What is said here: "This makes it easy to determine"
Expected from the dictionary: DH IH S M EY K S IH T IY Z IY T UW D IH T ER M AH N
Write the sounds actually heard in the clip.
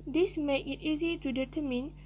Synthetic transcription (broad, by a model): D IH S M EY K IH T IY Z IY T UW D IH T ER M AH N